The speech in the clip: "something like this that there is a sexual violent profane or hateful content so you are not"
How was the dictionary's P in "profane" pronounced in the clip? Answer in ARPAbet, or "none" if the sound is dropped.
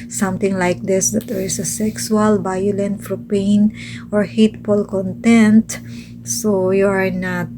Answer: F